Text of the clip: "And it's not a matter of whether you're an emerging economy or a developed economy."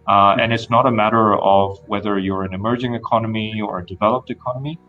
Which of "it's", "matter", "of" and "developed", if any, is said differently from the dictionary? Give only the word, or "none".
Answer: none